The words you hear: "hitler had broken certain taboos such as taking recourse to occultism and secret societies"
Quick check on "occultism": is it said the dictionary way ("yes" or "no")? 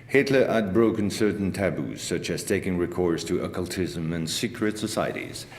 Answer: yes